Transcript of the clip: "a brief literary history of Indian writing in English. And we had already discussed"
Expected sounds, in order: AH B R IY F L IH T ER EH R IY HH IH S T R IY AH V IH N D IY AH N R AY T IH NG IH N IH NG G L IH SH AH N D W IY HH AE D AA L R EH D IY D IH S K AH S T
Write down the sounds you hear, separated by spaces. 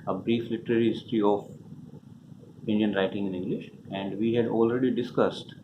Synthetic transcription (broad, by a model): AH B R IY F L IH T ER EH R IY HH IH S T R IY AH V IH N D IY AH N R AY T IH NG IH N IH NG G L IH SH AH N D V IY HH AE D AA L R EH D IY D IH S K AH S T